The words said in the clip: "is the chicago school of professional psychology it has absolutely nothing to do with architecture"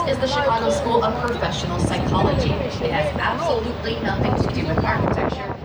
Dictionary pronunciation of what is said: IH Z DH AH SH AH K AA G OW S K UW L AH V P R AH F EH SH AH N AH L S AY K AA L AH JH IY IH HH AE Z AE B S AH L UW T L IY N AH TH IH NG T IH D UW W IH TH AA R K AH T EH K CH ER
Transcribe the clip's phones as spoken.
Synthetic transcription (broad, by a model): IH Z DH AH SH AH AA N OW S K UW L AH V P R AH F EH SH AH N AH L S AY K AA L AH JH IY IH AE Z AE B S AH L UW T L IY N AH TH IH NG T IH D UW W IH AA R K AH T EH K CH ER